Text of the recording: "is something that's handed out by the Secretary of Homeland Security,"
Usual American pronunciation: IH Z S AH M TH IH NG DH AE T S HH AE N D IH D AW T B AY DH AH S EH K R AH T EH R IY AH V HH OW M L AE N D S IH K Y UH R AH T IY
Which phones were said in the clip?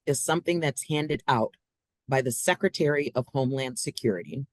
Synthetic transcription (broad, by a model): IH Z S AH M TH IH NG DH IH T S HH AE N D IH D AW T B AY DH AH S EH K R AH T EH R IY AH V HH OW M L AE N D S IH K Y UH R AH T IY